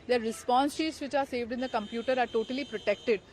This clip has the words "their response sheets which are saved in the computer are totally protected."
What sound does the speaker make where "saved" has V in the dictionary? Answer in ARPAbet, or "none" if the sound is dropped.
V